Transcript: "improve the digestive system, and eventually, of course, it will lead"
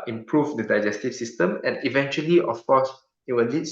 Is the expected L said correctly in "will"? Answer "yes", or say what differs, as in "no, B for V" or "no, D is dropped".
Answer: no, N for L